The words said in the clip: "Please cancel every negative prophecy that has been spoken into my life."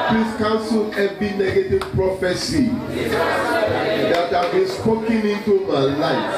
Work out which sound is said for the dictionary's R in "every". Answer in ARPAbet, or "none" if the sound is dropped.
none